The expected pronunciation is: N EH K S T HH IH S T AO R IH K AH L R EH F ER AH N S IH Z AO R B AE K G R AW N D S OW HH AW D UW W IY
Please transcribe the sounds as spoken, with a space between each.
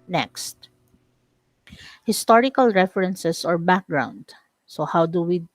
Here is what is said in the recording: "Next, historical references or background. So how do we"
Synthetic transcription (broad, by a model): N EH K S T HH IH S T AO R IH K AH L R EH F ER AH N S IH S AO R B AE K G R AW N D S OW HH AW D UW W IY